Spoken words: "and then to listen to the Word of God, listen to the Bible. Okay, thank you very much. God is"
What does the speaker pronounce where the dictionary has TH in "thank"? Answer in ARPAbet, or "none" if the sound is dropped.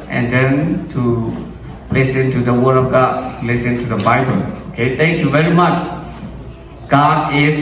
T